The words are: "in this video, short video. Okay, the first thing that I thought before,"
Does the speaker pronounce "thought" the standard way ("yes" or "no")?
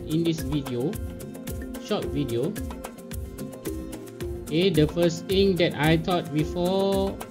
no